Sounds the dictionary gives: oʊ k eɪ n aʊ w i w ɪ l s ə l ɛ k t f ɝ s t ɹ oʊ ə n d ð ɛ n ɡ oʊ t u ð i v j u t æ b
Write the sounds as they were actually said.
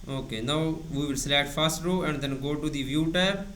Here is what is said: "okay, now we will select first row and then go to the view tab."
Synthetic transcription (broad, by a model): oʊ k eɪ n aʊ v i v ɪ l s l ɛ t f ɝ s t ɹ oʊ ə n d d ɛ n ɡ oʊ t u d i v j u t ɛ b